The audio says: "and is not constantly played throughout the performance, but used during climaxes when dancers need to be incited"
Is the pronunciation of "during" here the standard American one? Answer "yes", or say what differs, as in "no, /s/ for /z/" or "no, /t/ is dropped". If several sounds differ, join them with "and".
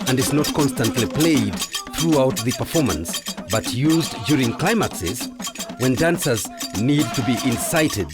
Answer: yes